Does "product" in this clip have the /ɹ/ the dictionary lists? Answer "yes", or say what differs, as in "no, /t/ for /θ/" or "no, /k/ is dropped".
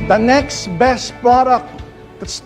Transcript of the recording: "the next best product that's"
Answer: no, /ɹ/ is dropped